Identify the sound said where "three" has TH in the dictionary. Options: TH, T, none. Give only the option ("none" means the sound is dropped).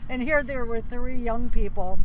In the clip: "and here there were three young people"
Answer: TH